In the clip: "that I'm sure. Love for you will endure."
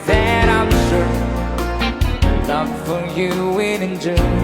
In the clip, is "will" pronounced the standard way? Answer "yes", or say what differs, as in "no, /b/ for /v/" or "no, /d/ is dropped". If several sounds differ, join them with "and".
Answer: no, /n/ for /l/